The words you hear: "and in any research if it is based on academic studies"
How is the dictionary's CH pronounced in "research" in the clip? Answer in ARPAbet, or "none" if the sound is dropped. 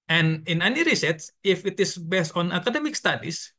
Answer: S